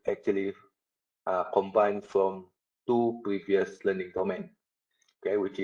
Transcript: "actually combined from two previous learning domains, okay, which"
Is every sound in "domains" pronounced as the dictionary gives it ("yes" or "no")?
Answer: no